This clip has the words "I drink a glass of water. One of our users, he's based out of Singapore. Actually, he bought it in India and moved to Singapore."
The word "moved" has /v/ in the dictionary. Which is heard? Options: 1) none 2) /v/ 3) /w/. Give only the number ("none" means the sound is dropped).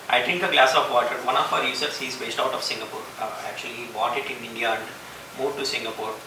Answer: 1